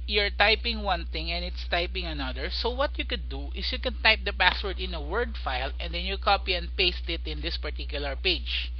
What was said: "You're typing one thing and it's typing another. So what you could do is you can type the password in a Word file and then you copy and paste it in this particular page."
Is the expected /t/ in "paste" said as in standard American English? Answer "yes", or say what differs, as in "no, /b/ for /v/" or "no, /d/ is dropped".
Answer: yes